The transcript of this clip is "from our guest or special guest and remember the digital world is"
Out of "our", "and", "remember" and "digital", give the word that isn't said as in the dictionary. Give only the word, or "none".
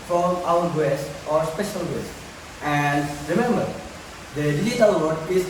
digital